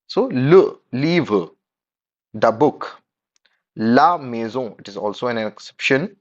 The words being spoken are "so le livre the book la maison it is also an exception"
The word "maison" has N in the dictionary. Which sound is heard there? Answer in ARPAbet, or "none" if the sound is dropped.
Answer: none